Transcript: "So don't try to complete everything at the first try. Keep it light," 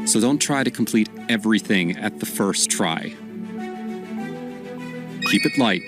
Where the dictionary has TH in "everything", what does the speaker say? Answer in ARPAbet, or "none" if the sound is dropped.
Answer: TH